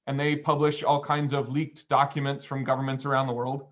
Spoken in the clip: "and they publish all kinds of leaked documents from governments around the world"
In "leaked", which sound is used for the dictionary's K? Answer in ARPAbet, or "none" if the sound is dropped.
K